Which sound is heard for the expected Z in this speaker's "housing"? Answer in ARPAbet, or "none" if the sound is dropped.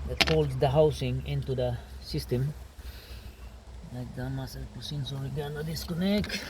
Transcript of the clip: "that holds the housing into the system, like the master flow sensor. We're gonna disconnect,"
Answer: S